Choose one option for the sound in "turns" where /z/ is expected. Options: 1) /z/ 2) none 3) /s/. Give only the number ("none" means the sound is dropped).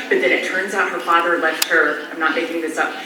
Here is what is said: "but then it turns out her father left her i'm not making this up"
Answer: 1